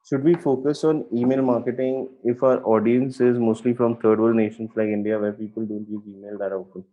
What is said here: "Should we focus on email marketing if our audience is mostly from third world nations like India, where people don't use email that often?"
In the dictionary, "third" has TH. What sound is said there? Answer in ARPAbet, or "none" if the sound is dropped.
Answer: T